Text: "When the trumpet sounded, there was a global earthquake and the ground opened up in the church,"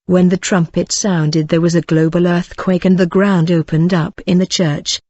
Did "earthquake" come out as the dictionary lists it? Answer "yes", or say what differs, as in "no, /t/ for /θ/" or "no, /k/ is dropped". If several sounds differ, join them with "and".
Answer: yes